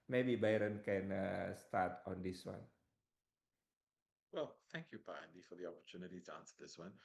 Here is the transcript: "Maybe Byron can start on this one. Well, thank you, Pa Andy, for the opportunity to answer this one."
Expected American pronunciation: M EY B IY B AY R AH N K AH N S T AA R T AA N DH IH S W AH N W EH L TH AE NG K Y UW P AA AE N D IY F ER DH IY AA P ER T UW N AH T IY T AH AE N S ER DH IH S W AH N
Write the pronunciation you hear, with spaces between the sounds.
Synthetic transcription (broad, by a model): M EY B IY B AY R AH N K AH N S T AA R T AA N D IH S W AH N W EH L TH AE NG K Y UW P AA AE N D IY F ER DH IY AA P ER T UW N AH T IY T AH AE N S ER DH IH S W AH N